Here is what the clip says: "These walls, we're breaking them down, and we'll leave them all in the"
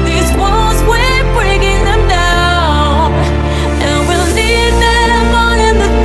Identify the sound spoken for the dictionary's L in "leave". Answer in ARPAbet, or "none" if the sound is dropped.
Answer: N